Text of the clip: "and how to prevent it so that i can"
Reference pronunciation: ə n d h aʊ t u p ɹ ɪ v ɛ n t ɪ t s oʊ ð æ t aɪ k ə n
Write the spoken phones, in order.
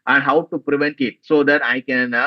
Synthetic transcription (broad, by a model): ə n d h aʊ t u p ɹ ɪ v ɛ n t ɪ t s oʊ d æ t aɪ k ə n